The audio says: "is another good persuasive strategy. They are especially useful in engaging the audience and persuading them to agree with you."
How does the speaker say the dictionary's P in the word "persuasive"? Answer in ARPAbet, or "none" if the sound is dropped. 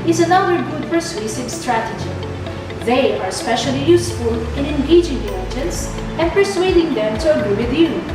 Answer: F